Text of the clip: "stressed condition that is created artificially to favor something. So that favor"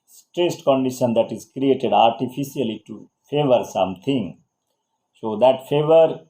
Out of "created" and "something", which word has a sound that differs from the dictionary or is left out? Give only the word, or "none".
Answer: something